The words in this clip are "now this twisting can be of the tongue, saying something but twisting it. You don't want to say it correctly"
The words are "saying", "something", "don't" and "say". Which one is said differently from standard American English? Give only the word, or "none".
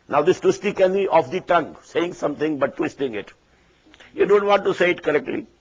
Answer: something